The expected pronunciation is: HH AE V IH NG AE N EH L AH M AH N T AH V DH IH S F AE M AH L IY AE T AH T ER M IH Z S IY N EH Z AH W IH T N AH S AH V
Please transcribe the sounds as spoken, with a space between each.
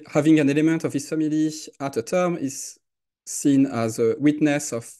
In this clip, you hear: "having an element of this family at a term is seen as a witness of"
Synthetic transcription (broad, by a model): HH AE V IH NG AE N EH L AH M AH N T AH V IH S F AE M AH L IY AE T AH T ER M IH Z S IY N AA Z AH W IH T N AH S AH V